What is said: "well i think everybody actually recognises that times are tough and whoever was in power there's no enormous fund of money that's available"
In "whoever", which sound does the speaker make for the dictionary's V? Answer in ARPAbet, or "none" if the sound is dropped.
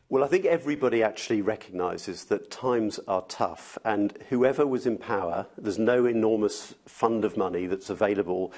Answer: V